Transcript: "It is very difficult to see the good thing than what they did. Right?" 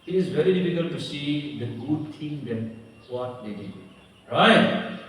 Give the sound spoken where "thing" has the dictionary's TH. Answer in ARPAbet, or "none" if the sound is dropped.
T